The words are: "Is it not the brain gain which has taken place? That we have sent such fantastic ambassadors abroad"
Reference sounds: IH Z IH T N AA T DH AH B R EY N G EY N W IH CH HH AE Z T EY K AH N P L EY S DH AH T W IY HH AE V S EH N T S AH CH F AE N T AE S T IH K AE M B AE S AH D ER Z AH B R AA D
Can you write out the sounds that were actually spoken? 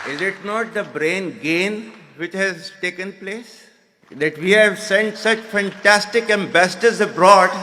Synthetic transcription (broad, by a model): IH Z IH T N AA T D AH B R EY N G EY N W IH CH HH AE Z T EY K AH N P L EY S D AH T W IY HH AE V S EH N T S AH CH F AE N T AE S T IH K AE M B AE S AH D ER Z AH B R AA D